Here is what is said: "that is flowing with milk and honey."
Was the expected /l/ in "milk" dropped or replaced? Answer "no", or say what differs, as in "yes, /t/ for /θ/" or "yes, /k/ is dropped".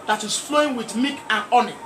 yes, /l/ is dropped